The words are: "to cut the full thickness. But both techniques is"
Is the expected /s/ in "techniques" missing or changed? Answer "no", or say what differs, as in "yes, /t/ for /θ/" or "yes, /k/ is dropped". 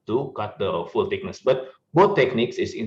no